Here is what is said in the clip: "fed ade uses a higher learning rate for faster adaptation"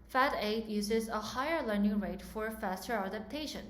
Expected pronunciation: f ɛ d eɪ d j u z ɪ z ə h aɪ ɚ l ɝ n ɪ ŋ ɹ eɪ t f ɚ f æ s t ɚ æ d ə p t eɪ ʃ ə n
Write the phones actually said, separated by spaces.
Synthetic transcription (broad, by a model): f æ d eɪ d j u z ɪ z ə h aɪ ɚ l ɝ n ɪ ŋ ɹ eɪ t f ɚ f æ s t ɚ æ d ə p t eɪ ʃ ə n